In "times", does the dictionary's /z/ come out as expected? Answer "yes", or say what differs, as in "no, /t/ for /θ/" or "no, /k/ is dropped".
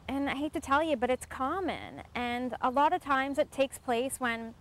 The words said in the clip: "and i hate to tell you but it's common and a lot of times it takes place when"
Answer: yes